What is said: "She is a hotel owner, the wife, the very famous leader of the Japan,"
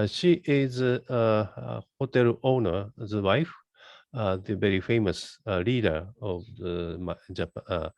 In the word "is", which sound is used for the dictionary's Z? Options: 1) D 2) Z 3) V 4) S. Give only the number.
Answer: 2